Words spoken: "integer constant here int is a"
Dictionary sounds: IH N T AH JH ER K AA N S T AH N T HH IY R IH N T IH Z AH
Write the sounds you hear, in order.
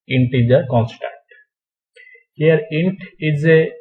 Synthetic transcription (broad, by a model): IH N T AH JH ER K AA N S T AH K T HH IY R IH N T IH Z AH